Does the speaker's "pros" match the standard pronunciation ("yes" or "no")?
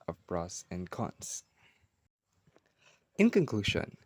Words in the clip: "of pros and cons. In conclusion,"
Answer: no